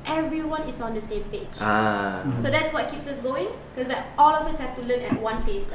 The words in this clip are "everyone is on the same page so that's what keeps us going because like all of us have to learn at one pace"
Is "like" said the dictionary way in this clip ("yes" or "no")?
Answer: no